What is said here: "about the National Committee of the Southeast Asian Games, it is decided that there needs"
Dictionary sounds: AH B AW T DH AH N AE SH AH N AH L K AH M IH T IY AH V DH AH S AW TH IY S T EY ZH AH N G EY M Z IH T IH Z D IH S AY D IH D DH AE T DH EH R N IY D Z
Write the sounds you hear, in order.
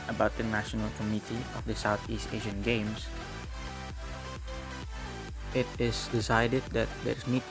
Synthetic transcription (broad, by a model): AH B AW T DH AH N AE SH AH N AH L K AH M IH T IY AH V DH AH S AW TH IY S T EY ZH AH N G EY M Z IH T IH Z D IH S AY D IH D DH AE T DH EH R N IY